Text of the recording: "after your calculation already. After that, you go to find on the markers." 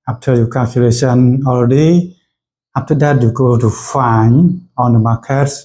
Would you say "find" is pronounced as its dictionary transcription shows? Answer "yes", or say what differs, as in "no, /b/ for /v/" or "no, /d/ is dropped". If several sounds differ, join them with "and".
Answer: no, /d/ is dropped